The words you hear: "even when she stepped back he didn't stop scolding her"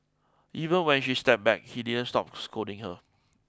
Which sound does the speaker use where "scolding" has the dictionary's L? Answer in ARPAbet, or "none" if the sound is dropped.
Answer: none